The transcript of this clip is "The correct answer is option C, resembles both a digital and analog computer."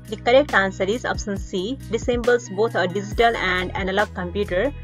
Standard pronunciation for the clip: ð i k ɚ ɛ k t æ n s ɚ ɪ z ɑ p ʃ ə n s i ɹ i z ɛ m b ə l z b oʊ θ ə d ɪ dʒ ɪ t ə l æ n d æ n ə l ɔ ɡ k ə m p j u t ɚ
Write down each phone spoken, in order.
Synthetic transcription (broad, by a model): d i k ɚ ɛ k t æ n s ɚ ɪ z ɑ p s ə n s i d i s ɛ m b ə l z b oʊ t ə d ɪ dʒ ɪ t ə l æ n d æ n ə l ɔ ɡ k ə m p j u t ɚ